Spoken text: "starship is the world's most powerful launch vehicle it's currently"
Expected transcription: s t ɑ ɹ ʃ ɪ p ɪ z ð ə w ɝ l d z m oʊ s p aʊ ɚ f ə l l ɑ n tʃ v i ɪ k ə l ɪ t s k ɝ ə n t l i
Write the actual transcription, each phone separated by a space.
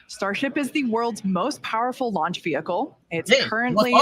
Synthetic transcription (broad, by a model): s t ɑ ɹ ʃ ɪ p ɪ z ð ə w ɝ l d z m oʊ s p aʊ ɚ f l l ɑ n tʃ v i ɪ k l ɪ t s k ɝ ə n t l i